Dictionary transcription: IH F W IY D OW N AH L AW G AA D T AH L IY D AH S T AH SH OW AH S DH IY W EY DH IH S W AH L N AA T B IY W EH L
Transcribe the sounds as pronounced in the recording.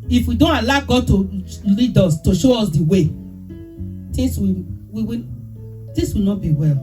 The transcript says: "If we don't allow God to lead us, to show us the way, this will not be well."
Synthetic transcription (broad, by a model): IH F W IY D OW N AH L AW G AA D T AH L IY D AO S T AH SH OW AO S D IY W EY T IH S W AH W N AA T B IY W EH L